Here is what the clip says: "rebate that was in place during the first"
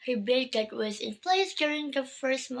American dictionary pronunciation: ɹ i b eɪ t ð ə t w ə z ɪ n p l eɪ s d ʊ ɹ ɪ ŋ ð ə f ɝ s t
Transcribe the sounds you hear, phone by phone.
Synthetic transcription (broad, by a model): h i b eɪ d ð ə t w ə z ɪ n p l eɪ s d ʊ ɹ ɪ ŋ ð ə f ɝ s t